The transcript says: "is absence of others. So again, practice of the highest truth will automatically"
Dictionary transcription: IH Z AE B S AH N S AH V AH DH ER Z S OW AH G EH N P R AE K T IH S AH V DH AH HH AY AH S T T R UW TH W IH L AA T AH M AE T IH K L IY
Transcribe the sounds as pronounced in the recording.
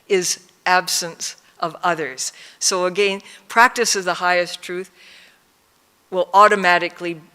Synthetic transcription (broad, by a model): IH Z AE B S AH N S AH V AH DH ER Z S OW AH G EH N P R AE K T IH S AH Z DH AH HH AY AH S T T R UW TH W IH L AA T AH M AE T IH K L IY